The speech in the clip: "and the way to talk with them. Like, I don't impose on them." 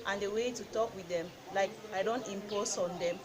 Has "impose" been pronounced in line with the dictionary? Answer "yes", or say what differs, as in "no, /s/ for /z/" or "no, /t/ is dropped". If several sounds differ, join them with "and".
no, /s/ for /z/